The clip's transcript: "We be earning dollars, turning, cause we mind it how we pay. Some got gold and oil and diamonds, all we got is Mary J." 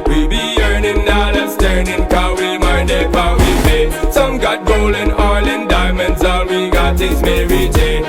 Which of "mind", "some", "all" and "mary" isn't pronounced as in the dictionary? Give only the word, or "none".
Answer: all